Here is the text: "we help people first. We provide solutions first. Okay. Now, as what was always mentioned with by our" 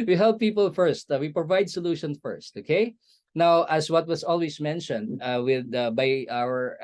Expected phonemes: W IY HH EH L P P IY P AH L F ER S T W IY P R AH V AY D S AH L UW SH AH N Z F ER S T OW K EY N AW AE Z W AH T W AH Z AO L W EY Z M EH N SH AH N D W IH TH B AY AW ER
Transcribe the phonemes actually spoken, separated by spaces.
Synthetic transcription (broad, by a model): W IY HH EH L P P IY P AH L F ER S T W IY P R AH V AY D S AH L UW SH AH N S F ER S T OW K EY N AW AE S W AH T W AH S AO L W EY S M EH N SH AH N D W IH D B AY AW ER